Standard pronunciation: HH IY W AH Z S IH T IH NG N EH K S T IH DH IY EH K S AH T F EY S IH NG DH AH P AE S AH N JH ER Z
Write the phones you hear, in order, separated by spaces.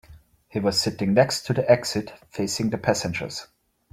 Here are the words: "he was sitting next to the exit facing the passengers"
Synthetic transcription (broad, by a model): HH IY W AH Z S IH T IH NG N EH K S T IH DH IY EH K S AH T F EY S IH NG DH AH P AE S AH N JH ER Z